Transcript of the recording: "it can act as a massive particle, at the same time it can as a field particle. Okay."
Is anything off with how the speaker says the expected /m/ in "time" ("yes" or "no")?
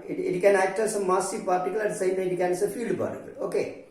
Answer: yes